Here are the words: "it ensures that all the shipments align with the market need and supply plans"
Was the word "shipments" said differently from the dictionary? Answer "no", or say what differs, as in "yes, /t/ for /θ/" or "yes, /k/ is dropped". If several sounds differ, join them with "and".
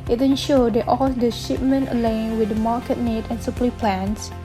yes, /s/ is dropped